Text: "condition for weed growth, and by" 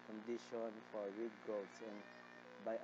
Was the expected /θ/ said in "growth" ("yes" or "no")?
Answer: no